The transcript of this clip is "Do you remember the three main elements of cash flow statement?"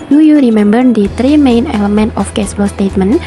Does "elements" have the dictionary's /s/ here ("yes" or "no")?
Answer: no